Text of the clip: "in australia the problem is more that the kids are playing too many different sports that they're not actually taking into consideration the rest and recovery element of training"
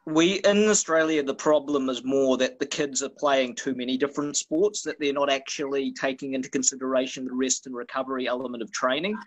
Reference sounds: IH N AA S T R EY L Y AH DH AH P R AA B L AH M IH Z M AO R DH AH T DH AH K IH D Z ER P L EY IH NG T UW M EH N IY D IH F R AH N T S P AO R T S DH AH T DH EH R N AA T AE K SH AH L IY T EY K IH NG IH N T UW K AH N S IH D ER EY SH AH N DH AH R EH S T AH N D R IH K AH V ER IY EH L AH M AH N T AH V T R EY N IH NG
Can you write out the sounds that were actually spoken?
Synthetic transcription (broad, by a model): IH N AA S T R EY L Y AH DH AH P R AA B L AH M IH Z M AO R DH AH T DH AH K IH D Z ER P L EY IH NG T UW M EH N IY D IH F R AH N T S P AO R T S DH AH T DH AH R N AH T AE K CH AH L IY T EY K IH NG IH N T UW K AH N S IH D ER EY SH AH N DH AH R EH S T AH N R IH K AH V ER IY EH L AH M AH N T AH V T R EY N IH NG